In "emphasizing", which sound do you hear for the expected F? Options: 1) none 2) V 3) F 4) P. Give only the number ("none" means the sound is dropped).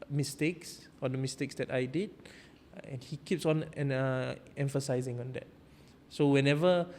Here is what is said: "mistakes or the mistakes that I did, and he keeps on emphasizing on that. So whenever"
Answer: 3